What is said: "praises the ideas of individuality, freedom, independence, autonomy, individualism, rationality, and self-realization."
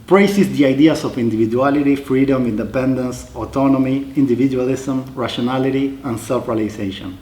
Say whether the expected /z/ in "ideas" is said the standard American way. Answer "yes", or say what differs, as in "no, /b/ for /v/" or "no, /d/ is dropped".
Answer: no, /s/ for /z/